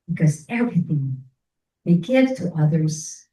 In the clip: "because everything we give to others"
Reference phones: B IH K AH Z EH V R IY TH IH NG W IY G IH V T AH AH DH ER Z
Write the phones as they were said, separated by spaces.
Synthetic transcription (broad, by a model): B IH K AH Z EH V R IY TH IH NG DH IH G IH V T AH AH DH ER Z